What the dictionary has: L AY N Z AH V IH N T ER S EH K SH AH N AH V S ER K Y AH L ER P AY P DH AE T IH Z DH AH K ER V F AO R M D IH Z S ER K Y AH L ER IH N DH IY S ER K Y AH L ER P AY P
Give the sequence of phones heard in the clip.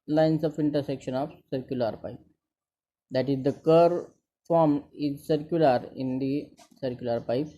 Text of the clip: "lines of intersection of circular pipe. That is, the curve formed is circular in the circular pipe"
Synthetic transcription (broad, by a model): L AY N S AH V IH N T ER S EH K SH AH N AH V S ER K Y AH L ER P AY P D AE T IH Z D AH K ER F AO R M IH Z S ER K Y AH L ER IH N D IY S ER K Y AH L ER P AY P